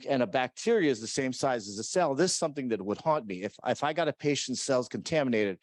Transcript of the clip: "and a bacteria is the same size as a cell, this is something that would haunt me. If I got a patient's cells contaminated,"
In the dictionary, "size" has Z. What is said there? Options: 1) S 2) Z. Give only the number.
2